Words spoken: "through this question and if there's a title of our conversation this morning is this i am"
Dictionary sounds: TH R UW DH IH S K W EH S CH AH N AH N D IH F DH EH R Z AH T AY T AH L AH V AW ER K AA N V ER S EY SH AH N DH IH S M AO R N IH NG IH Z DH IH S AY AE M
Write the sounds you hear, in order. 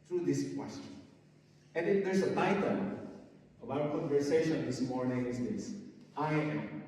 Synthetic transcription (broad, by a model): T R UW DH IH S K W EH S CH AH N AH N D IH F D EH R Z AH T AY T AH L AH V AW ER K AA N V ER S EY SH AH N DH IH S M AO R N IH NG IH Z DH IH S AY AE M